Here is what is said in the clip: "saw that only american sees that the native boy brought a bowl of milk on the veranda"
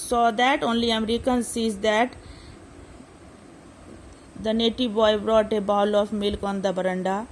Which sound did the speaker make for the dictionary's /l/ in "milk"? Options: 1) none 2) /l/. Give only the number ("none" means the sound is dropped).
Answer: 2